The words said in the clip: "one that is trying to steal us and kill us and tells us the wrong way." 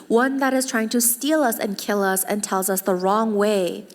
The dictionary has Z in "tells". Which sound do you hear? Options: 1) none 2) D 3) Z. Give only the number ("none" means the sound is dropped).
3